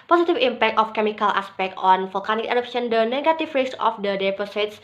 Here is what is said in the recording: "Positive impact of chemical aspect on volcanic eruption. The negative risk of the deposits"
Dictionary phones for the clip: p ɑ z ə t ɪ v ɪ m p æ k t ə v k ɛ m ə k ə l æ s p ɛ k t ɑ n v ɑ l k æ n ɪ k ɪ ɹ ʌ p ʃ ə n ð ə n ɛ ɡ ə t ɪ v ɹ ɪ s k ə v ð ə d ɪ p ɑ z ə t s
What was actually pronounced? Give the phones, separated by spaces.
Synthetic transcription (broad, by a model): p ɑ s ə t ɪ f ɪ m p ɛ k t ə f k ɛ m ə k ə l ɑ s p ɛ k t ɑ n f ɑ l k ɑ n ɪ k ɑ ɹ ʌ p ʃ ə n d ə n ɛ ɡ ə t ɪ f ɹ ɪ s ə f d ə d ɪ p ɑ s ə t s